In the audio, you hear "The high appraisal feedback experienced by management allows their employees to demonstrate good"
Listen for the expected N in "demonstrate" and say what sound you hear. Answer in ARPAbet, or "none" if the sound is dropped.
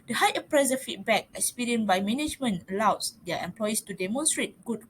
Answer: N